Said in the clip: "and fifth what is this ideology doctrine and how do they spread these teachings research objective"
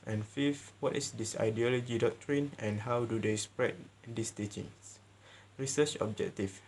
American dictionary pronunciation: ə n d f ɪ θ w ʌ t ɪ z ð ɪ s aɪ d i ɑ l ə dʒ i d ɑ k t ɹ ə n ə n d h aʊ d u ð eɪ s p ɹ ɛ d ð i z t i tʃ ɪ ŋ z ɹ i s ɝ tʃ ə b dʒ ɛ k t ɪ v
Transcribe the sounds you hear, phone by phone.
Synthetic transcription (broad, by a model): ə n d f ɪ f w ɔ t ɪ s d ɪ s aɪ d i ɑ l ə dʒ i d ɑ k t ɹ ə n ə n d h aʊ d u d eɪ s p ɹ ɛ d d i s t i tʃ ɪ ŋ s ɹ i s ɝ tʃ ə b dʒ ɛ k t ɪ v